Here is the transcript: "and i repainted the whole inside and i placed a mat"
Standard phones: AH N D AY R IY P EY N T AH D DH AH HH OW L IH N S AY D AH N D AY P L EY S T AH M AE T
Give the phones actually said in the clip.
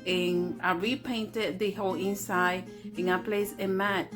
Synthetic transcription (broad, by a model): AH N AY R IY P EY N T AH D DH AH HH OW L IH N S AY D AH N AY P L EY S AH M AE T